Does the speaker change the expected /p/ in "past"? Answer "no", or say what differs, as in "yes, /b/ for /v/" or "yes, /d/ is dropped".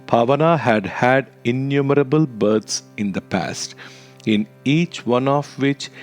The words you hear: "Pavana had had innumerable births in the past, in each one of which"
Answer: no